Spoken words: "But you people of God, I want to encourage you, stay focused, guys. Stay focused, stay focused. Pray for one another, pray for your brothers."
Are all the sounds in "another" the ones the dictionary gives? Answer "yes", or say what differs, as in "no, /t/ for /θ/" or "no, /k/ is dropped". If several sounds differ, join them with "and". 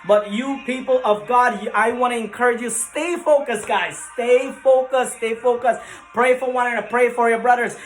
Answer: no, /ð/ is dropped